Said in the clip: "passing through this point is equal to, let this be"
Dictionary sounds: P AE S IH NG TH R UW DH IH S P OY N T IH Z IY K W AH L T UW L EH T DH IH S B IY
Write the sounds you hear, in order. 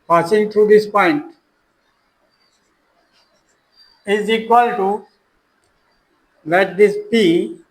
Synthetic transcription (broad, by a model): P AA S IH NG T R UW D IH S P OY N T IH Z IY K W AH L T UW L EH T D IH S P IY